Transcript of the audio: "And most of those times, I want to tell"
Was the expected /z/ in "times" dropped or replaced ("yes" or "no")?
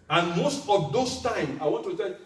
yes